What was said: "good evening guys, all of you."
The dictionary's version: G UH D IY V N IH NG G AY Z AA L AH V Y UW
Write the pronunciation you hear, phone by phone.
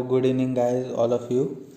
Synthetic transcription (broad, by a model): G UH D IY N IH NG G AY Z AA L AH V Y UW